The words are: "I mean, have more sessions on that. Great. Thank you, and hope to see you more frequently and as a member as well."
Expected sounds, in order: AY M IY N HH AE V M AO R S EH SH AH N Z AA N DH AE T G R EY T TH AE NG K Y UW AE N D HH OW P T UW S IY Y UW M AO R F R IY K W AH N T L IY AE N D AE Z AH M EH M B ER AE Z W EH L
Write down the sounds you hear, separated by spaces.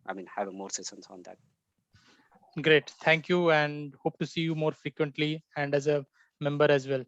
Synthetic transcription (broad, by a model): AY M IY N HH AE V M AO R S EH S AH N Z AA N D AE T G R EY T T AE NG K Y UW AE N D HH OW P T UW S IY Y UW M AO R F R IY K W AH N T L IY AE N D AE Z AH M EH M B ER AE Z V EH L